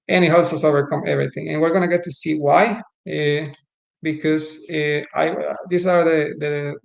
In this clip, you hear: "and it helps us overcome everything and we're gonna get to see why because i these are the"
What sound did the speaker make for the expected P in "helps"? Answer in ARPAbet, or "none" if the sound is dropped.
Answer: none